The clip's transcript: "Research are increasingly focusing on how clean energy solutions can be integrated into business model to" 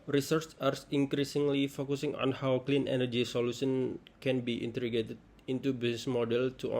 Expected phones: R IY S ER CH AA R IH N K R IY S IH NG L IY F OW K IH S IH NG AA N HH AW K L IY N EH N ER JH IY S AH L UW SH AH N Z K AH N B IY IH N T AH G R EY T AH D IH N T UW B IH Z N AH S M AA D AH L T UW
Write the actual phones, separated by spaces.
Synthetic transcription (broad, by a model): R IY S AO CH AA R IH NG K R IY S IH NG L IY F OW K IH S IH NG AA N HH AW K L IY N EH N ER JH IY S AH L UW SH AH N K AH N B IY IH N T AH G EY T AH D IH N T UW B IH S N S M AA D AH L T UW